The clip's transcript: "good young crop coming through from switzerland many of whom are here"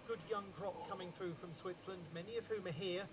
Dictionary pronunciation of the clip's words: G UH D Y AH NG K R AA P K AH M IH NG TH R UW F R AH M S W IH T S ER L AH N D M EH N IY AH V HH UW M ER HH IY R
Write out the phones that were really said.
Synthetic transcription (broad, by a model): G UH D Y AH NG K R AA P K AH M IH NG TH R UW F R AH M S W IH T S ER L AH N D M EH N IY AH V HH UW M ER HH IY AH